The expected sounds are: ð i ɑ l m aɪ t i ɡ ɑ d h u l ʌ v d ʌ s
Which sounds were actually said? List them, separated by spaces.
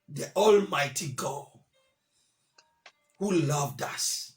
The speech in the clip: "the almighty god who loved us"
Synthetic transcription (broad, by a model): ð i ɑ l m aɪ t i ɡ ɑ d h u l ʌ v d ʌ s